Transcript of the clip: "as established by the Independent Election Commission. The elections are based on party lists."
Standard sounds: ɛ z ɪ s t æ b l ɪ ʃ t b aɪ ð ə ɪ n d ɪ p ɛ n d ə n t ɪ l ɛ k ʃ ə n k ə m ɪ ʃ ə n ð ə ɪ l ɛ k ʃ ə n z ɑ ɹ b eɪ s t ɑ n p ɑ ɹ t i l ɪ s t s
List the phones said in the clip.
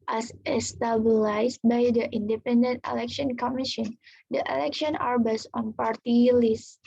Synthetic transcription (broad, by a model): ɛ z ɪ s t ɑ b l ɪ s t b aɪ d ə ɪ n d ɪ p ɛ n d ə n t ɪ l ɛ k ʃ ə n k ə m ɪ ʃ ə n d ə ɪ l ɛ k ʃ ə n ɑ ɹ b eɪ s ɑ n p ɑ ɹ t i l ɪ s s